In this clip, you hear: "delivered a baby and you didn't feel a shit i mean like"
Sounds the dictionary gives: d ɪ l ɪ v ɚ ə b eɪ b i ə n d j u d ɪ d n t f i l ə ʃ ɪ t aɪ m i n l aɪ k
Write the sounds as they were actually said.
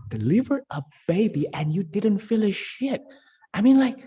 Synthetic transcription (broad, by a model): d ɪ l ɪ v ɚ ə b eɪ b i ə n j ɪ d ɪ d n t f i l ə ʃ ɪ t aɪ m i n l aɪ k